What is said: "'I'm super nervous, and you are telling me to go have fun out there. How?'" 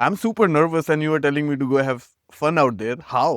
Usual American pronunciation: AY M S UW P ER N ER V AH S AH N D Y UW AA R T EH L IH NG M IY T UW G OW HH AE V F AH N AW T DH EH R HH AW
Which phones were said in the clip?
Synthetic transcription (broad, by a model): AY M S UW P ER N ER V AH S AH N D Y UW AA R T EH L IH NG M IY T UW G OW HH AE V F AH N AW T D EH R HH AW